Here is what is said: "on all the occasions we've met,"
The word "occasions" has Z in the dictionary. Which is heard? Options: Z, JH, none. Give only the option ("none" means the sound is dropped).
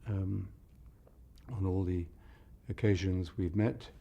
Z